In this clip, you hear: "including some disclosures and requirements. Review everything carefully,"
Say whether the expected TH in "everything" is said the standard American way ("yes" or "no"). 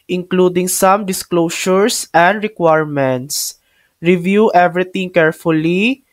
no